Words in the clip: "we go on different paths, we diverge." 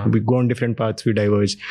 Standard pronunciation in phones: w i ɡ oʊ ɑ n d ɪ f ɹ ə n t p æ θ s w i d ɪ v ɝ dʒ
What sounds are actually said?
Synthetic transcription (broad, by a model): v i ɡ oʊ ɑ n d ɪ f ɹ ə n t p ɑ t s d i d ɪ v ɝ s